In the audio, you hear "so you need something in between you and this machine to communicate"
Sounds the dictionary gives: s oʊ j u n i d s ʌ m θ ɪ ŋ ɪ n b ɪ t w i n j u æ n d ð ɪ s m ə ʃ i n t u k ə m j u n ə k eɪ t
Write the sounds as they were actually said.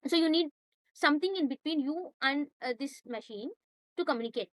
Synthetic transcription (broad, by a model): s oʊ j u n i d s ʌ m t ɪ ŋ ɪ n b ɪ t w i n j u æ n d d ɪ s m ə ʃ i n t u k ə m j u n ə k eɪ t